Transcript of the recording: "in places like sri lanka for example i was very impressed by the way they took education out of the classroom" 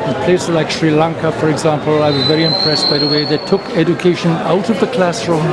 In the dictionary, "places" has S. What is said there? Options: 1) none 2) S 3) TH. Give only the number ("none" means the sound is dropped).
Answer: 1